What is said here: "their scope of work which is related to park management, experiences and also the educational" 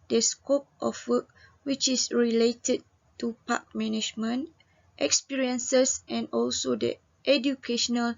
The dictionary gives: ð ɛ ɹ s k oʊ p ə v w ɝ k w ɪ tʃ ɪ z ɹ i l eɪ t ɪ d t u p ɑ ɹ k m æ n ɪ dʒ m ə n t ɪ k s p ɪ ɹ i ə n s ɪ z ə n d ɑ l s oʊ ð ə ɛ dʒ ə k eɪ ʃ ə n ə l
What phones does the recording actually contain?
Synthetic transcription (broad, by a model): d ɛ s k oʊ p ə f w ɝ k w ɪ tʃ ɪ s ɹ i l eɪ t ɪ d t u p ɑ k m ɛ n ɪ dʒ m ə n t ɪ k s p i ɹ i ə n s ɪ s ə n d ɑ l s oʊ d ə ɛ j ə k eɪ ʃ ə n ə l